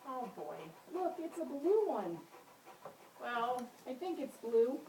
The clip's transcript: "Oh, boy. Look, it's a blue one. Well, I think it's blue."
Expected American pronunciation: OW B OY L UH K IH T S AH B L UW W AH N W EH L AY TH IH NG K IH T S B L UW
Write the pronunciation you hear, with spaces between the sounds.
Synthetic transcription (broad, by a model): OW B OY L UH K IH T S AH B L UW W AH N W EH L AY TH IH NG K IH T S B L UW